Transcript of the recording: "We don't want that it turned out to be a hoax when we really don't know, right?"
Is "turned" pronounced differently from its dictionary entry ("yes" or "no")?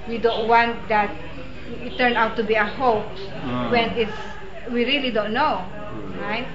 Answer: yes